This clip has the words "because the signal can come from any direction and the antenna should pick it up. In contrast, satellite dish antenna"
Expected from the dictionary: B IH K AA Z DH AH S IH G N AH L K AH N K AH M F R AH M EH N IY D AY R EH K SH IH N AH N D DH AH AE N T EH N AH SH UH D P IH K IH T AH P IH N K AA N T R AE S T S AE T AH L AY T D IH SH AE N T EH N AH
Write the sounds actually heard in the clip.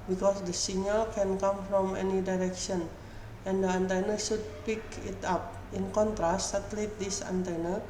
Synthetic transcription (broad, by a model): B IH K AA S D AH S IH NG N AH L K AH N K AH M F R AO M EH N IY D AY R EH K SH IH N AH N D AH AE N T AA N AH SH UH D P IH K IH T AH P IH N K AA N T R AE S T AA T L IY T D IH S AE N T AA N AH